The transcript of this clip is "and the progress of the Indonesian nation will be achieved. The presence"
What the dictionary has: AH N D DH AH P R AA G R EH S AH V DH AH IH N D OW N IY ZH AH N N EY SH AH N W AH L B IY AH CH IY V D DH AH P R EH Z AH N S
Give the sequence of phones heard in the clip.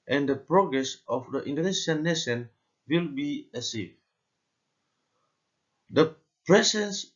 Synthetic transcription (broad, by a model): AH N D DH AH P R AA G R EH S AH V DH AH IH N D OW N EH SH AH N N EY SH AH N W AH L B IY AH S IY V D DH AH P R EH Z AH N S